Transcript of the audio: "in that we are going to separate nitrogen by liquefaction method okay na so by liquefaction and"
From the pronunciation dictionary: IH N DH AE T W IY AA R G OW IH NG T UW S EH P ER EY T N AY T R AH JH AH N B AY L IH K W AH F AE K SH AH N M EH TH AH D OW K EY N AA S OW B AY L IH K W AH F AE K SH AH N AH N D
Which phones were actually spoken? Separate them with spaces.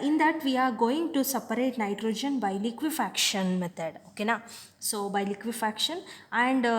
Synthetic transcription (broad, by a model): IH N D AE T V IY AA R G OW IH NG T UW S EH P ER EY T N AY T R AH JH AH N B AY L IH K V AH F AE K SH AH N M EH T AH D OW K EY N AA S OW B AY L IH K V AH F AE K SH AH N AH N D